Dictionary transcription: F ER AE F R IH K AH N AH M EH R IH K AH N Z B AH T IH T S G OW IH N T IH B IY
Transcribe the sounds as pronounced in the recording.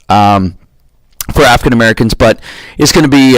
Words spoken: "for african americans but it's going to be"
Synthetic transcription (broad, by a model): F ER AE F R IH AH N AH M EH R IH K AH N Z B AH T IH T S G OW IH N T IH B IY